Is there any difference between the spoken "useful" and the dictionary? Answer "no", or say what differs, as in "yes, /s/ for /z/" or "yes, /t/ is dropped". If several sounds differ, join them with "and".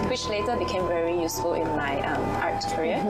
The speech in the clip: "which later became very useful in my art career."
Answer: no